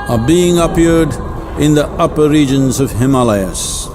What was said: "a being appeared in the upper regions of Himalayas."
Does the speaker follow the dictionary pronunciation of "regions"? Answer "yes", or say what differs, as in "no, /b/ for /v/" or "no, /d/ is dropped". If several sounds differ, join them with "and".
yes